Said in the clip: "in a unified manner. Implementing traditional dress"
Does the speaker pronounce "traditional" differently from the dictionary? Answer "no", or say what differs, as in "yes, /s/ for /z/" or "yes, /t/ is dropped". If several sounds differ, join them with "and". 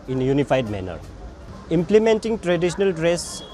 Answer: yes, /s/ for /ʃ/